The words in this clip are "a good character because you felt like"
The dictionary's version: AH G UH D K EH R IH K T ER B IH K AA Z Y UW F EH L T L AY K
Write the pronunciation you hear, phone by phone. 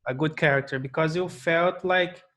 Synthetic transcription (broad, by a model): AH G UH D K EH R IH K T ER B IH K AA Z Y UW F EH L T L AY K